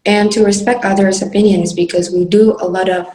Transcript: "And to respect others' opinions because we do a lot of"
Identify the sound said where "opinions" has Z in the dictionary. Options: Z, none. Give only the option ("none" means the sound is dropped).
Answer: Z